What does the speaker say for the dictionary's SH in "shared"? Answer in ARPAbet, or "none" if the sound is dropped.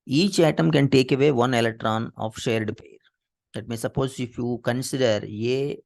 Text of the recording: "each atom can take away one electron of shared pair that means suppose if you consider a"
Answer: SH